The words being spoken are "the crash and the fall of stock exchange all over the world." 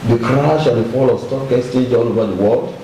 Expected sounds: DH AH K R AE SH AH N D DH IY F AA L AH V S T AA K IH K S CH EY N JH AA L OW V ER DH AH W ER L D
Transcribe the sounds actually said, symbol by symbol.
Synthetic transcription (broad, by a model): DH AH K R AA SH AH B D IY F AA L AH S T AA K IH S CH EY JH AA L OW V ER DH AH W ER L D